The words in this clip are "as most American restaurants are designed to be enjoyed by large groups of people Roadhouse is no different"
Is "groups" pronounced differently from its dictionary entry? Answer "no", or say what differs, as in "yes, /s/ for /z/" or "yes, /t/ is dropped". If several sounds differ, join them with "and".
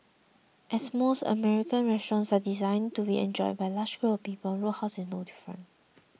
yes, /s/ is dropped